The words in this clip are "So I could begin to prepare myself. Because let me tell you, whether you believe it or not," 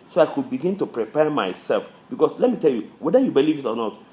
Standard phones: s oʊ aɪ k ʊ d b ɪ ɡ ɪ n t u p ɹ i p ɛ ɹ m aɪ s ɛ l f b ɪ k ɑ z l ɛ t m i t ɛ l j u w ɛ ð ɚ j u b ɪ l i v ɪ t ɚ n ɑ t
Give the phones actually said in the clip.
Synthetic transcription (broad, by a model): s oʊ aɪ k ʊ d b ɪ ɡ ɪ n t u p ɹ i p ɛ ɹ m aɪ s ɛ l f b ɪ k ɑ s l ɛ t m i t ɛ l j u w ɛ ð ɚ j u b ɪ l i v ɪ t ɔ n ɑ t